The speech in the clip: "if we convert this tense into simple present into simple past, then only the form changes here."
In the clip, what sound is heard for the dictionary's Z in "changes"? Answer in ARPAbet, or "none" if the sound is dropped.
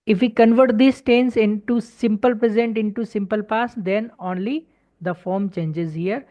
Z